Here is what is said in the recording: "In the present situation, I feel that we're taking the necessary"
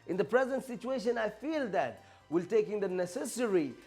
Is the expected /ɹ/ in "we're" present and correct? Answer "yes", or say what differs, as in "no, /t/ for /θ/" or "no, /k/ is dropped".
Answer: no, /l/ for /ɹ/